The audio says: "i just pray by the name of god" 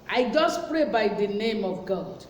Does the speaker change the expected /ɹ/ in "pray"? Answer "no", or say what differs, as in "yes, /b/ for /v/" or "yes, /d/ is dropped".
no